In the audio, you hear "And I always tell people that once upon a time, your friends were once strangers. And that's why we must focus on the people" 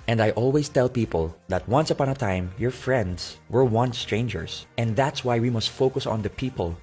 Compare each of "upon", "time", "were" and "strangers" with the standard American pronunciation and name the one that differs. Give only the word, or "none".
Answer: strangers